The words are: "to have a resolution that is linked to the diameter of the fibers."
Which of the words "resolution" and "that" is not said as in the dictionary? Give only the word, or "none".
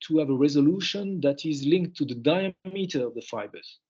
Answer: none